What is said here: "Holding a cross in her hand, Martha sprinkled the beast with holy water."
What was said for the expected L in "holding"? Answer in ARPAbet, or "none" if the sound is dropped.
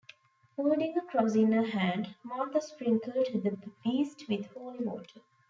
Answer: none